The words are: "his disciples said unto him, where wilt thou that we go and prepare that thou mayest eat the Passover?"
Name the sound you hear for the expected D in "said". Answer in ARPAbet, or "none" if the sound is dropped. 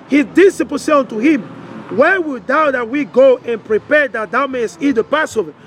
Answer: none